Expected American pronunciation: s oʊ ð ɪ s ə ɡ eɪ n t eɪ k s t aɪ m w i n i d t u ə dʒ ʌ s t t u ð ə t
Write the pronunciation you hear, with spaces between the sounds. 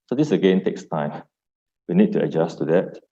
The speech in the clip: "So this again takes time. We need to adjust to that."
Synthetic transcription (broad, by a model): s oʊ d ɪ s ə ɡ eɪ n t eɪ k s t aɪ m w i n i d t u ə dʒ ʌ s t t u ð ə t